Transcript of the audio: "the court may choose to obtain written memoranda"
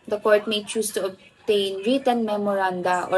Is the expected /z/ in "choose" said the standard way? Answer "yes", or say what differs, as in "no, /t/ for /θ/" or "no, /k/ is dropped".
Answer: no, /s/ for /z/